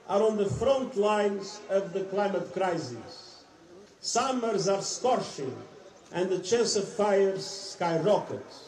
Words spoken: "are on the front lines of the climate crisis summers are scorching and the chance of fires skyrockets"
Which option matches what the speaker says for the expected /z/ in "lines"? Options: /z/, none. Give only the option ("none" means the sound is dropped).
/z/